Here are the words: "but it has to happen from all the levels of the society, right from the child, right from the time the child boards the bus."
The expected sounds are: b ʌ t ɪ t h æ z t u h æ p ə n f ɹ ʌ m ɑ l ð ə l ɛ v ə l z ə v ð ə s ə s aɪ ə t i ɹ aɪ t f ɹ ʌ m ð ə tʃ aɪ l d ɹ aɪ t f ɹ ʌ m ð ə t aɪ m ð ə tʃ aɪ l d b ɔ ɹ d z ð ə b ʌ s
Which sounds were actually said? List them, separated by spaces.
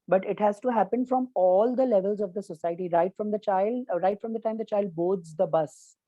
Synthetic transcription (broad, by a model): b ʌ t ɪ t h æ z t u h æ p ə n f ɹ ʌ m ɑ l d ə l ɛ v ə l z ə v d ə s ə s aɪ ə t i ɹ aɪ t f ɹ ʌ m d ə tʃ aɪ l d ɹ aɪ t f ɹ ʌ m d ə t aɪ m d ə tʃ aɪ l d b ɔ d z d ə b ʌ s